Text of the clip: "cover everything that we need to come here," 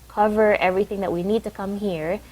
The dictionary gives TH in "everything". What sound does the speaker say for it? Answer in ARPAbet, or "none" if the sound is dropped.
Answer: TH